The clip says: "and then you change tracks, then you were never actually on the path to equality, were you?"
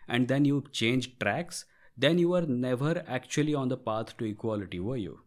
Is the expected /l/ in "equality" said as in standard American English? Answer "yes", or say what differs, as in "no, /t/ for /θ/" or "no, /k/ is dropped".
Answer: yes